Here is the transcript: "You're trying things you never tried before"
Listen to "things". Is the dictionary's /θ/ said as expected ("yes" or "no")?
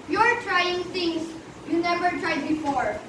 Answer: no